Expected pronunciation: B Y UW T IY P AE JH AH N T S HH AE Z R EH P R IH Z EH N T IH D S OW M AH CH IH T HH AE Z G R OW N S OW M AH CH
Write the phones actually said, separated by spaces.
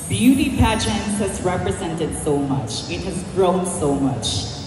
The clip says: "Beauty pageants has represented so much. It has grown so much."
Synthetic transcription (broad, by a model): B Y UW T IY P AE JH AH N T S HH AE Z R EH P R IH Z EH N T IH D S OW M AH CH IH T HH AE Z G R OW N S OW M AH CH